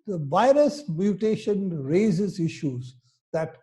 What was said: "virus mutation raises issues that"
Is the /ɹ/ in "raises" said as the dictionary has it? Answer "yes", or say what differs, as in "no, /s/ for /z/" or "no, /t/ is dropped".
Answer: yes